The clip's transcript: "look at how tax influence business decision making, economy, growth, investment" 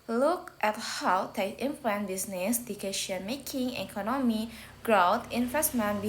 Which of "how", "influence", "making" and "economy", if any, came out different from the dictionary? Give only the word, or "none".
influence